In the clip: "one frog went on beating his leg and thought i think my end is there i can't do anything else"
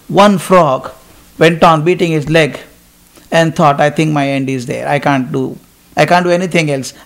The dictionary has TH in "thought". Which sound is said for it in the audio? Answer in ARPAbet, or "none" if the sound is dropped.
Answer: T